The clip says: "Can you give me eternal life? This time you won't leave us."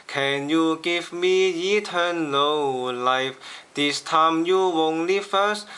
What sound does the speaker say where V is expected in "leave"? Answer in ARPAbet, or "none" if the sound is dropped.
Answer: F